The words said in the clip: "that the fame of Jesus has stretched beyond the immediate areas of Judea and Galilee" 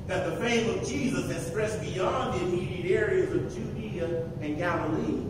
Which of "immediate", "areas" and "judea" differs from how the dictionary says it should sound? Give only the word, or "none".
none